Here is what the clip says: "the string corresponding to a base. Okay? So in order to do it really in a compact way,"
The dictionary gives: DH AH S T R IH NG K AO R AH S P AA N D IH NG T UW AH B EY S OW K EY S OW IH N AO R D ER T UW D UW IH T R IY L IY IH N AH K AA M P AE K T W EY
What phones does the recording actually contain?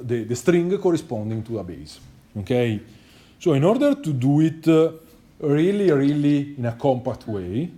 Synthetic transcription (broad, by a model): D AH S T R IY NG K AO R AH S P AA N D IH NG T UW AH B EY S OW K EY S OW IH N AO R D ER T UW D UW IH T R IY L IY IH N AH K AA M P AE K T W EY